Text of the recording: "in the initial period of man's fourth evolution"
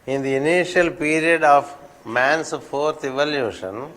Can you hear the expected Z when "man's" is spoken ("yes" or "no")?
no